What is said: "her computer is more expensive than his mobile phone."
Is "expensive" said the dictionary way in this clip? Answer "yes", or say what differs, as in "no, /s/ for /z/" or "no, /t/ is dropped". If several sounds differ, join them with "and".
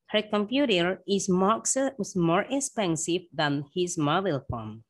yes